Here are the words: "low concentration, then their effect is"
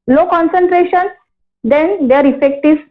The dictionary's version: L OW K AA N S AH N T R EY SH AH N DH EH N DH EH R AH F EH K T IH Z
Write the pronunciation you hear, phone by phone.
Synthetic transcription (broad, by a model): L OW K AA N S AH N T R EY SH AH N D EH N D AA R AH F EH K T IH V